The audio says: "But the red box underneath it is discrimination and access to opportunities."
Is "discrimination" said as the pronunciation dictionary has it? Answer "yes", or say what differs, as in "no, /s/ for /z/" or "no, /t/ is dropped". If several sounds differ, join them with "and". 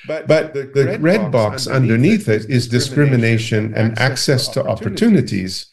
yes